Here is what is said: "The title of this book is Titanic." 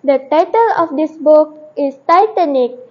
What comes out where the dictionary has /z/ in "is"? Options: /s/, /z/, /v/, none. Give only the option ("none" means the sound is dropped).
/s/